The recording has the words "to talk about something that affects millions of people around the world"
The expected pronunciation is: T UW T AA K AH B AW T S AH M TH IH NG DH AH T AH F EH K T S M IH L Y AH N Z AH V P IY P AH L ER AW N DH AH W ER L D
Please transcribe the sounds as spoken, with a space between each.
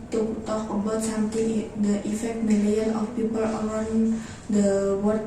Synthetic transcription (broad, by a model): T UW T AA K AH B AW T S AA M T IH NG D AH T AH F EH K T M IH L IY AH N AH F P IY P AH L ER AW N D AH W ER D